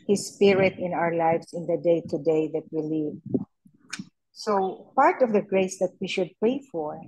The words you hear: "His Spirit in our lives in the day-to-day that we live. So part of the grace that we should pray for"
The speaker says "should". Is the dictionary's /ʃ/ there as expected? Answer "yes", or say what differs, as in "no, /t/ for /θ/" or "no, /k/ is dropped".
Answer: yes